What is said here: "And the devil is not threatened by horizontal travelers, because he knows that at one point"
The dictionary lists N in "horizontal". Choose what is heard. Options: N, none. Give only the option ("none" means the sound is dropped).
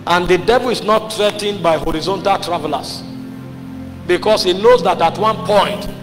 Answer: N